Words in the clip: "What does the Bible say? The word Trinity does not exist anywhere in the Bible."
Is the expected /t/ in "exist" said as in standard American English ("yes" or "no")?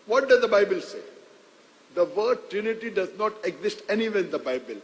yes